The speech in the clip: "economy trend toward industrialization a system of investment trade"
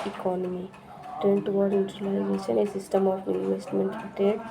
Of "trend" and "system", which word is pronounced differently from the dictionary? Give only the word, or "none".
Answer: trend